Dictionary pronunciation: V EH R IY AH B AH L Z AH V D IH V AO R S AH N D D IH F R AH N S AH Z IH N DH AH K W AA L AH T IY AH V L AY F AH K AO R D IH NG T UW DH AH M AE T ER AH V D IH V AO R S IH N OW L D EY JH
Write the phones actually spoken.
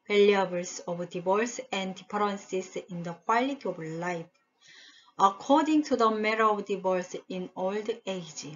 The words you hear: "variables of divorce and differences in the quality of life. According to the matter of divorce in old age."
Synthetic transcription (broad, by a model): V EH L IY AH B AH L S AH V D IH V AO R S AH N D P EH R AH N S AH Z IH N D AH K W AA L AH T IY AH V L AY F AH K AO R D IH NG T UW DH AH M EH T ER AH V D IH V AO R S IH N OW L D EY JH